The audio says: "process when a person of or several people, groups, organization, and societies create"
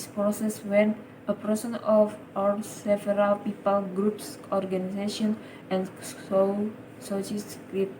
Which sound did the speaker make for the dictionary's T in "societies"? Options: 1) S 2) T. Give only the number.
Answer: 1